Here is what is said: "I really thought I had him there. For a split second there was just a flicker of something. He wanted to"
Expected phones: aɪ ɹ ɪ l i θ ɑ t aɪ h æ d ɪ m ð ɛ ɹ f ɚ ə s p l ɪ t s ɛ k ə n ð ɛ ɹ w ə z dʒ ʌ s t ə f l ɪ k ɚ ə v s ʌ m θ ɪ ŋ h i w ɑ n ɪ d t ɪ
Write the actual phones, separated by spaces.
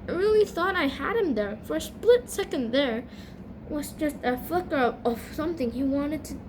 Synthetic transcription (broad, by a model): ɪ ɹ ɪ l i θ ɑ t aɪ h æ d ɪ m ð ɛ ɹ f ɚ s p l ɪ t s ɛ k ə n ð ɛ ɹ w ə z dʒ ʌ s t ə f l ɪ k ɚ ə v s ʌ m θ ɪ ŋ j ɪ w ɑ n ɪ d t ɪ